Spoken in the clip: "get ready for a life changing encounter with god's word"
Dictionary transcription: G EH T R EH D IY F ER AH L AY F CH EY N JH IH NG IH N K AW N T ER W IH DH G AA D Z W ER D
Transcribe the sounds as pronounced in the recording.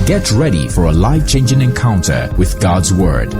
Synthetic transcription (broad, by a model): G EH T R EH D IY F ER AH L AY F CH EY N JH IH NG IH N K AW N T ER W IH DH G AA D Z W ER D